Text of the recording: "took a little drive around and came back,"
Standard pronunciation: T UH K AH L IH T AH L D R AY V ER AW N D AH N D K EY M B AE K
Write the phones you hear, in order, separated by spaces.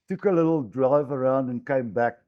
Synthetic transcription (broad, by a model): T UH K AH L IH T L D R AY V ER AW N D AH N K EY M B AE K